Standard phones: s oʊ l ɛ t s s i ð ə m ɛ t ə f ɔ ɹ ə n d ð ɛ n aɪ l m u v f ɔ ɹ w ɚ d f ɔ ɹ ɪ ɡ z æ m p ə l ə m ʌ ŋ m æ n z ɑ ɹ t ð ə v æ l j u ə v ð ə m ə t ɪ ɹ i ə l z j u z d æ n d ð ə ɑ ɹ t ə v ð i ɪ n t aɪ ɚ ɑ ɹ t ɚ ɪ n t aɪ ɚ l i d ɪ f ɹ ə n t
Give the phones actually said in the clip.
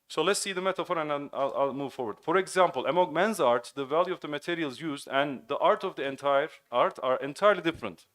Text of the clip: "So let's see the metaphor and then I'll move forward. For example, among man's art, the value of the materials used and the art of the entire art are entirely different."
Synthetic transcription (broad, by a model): s oʊ l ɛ t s s i ð ə m ɛ t ə f ɔ ɹ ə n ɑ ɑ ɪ l aɪ l m u v f ɔ ɹ w ɚ d f ɔ ɹ ɪ ɡ z æ m p ə l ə m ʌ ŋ m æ n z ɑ ɹ t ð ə v æ l j u ə v ð ə m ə t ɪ ɹ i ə l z j u z d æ n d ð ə ɑ ɹ t ə v ð i ɪ n t aɪ ɚ ɑ ɹ t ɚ ɪ n t aɪ ɚ l i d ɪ f ɹ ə n t